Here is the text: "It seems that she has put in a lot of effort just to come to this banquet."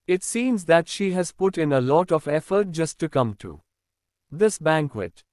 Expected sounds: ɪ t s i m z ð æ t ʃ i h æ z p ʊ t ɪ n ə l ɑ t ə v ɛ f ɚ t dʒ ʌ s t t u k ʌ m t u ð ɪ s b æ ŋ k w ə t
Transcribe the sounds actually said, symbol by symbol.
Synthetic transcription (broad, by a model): ɪ t s i m z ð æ t ʃ i h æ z p ʊ t ɪ n ə l ɑ t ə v ɛ f ɚ t dʒ ʌ s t t u k ʌ m t u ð ɪ s b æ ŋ k w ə t